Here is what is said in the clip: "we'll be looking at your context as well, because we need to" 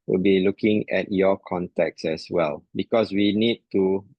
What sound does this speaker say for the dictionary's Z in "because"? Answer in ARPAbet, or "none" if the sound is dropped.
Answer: S